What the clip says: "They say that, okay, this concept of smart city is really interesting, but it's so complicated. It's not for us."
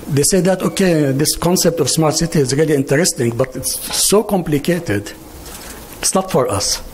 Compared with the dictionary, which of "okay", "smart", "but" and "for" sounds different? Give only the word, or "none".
none